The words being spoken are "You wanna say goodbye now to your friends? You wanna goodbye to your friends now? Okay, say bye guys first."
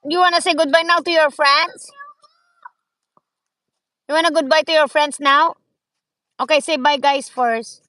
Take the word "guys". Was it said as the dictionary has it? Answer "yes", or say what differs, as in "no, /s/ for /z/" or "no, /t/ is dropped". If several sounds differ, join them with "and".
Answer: no, /s/ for /z/